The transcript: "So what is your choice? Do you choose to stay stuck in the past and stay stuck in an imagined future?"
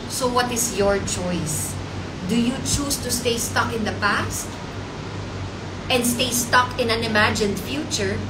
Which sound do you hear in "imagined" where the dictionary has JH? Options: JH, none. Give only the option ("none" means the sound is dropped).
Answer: JH